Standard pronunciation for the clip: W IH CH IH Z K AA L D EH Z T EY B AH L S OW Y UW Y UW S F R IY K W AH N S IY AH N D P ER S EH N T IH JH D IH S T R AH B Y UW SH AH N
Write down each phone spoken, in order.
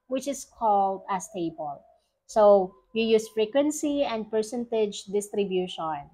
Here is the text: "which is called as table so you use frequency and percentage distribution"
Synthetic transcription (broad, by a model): W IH CH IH S K AA L D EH S T EY B AH L S OW Y UW Y UW S F R IY K W AH N S IY AH N D P ER S EH N T IH JH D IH S T R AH B Y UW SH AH N